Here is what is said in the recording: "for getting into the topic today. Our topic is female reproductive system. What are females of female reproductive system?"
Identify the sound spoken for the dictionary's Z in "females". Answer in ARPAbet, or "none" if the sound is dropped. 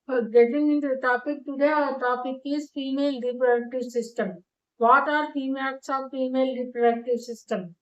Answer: S